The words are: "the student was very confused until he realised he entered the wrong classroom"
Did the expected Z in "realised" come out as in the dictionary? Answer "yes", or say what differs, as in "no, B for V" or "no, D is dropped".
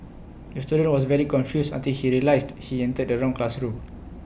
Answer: no, S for Z